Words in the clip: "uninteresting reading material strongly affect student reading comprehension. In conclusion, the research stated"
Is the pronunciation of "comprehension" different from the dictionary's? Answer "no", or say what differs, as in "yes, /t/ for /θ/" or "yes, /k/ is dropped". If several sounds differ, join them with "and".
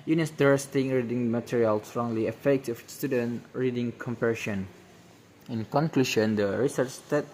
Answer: yes, /ɹ/ is dropped and /n/ is dropped